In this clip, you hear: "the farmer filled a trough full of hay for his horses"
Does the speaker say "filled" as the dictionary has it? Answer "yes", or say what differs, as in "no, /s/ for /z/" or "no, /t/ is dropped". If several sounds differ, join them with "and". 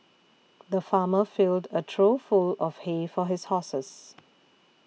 yes